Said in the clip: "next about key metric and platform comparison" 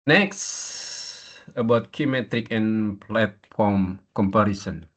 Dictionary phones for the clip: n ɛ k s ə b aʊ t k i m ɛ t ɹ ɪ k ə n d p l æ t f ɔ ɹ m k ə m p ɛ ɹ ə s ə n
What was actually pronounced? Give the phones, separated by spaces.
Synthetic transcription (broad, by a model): n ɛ k s ə b aʊ t k i m ɛ t ɹ ɪ k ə n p l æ t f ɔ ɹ m k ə m p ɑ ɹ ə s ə n